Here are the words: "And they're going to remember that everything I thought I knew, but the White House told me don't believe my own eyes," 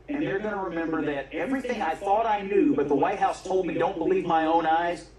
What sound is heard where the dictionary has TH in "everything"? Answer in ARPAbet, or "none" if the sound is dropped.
TH